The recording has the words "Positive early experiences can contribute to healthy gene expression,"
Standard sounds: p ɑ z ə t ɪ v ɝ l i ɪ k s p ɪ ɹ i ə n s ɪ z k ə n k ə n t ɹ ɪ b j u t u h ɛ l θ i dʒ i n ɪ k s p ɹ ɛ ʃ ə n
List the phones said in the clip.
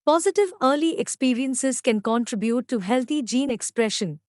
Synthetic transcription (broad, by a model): p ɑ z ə t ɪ v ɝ l i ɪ k s p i ɹ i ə n s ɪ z k ə n k ə n t ɹ ɪ b j u t u h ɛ l t i dʒ i n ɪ k s p ɹ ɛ ʃ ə n